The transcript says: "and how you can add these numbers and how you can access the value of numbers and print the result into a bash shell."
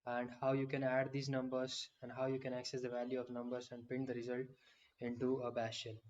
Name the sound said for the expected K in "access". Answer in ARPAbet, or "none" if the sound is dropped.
K